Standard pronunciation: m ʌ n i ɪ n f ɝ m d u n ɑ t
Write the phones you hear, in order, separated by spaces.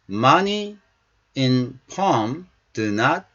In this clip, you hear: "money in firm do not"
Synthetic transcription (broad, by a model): m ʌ n i ɪ n p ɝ m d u n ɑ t